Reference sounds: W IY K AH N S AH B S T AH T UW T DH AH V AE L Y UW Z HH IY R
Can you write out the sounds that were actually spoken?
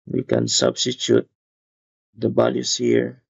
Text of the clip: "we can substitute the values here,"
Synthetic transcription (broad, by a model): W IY K AH N S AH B S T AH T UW T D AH B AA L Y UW S HH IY R